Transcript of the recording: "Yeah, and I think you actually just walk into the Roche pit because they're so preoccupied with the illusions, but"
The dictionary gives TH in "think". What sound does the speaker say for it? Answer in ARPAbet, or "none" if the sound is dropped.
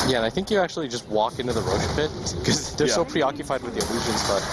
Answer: TH